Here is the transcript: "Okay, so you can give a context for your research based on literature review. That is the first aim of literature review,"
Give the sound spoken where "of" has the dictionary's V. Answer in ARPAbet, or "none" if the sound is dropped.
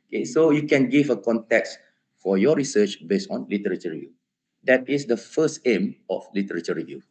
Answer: F